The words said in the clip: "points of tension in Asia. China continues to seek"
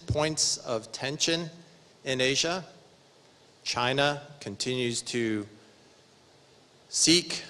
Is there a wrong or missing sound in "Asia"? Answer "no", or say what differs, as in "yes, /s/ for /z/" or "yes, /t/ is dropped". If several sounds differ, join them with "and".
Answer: no